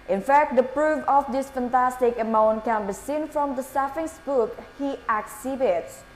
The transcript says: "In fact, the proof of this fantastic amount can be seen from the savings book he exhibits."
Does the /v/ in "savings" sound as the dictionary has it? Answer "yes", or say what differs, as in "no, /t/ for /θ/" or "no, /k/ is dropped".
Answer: no, /f/ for /v/